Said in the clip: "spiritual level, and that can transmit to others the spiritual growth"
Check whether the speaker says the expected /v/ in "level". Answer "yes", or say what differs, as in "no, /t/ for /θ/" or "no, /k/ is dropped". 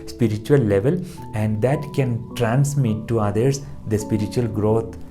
yes